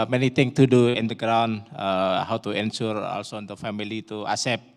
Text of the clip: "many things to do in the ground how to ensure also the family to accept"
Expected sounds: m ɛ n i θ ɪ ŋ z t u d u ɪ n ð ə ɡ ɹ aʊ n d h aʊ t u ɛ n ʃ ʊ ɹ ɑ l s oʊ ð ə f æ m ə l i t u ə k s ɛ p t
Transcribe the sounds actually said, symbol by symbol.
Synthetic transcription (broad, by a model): m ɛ n i t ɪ ŋ t u d u ɪ n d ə ɡ ɹ aʊ n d h aʊ t u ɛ n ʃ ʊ ɹ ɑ l s oʊ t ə f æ m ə l i t u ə s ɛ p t